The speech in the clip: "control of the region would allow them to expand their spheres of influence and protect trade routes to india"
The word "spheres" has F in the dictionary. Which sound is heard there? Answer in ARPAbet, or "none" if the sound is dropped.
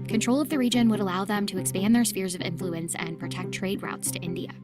F